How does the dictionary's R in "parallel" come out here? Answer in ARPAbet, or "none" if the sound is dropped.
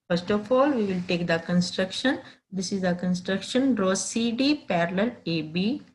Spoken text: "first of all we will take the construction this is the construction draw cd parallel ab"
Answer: R